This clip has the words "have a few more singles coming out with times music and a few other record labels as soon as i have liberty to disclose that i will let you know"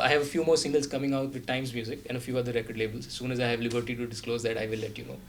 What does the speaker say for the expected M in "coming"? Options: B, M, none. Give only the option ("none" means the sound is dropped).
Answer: M